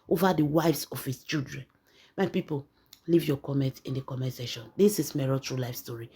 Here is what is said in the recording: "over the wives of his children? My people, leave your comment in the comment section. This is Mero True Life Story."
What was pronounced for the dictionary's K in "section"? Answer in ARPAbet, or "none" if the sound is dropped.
none